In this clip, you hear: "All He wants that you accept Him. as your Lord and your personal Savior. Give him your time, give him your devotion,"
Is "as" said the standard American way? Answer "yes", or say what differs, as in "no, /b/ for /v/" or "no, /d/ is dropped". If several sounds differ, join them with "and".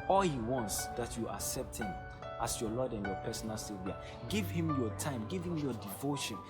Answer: no, /s/ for /z/